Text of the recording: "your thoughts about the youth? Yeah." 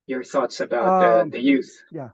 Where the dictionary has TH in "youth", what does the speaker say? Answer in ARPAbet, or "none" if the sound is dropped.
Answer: TH